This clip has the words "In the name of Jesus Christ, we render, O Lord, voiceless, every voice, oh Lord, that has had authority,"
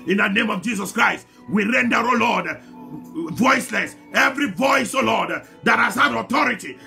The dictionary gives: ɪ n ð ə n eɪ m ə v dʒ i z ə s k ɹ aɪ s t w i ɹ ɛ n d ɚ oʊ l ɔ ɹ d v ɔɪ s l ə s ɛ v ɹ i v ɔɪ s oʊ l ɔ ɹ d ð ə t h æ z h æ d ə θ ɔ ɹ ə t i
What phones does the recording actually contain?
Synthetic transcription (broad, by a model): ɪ n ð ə n eɪ m ə v dʒ i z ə s k ɹ aɪ s t w i ɹ ɛ n d ɚ oʊ l ɔ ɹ d v ɔɪ s l ə s ɛ v ɹ i v ɔɪ s oʊ l ɔ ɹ d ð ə t h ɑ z h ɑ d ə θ ɔ ɹ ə t i